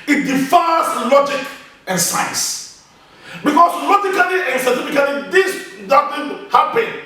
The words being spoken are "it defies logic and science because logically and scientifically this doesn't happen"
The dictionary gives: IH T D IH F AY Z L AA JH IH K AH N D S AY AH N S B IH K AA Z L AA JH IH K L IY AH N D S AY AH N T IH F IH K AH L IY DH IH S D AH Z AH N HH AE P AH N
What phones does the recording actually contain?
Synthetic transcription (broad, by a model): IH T D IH F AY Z L AA JH IH K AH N S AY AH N S B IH K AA S L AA JH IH K L IY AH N S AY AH T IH F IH K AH L IY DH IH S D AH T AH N HH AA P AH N